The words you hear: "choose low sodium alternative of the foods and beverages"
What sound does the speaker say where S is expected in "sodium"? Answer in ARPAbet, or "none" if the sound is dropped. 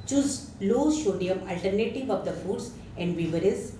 SH